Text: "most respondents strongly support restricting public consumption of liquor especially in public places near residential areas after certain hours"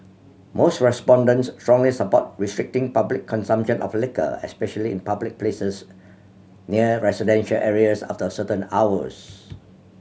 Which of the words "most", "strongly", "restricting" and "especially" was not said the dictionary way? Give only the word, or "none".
none